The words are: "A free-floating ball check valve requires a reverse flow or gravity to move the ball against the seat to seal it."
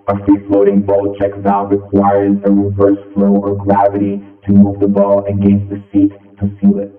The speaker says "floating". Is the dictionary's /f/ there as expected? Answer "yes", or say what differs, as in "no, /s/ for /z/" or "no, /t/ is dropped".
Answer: yes